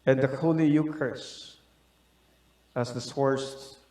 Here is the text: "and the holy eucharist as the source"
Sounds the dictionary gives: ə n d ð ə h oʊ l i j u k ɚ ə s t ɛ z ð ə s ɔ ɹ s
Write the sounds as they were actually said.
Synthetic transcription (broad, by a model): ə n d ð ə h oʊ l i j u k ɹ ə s ɛ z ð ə s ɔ ɹ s